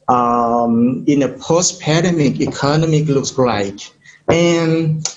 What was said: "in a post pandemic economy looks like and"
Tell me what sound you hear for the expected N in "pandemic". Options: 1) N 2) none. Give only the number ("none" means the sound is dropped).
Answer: 2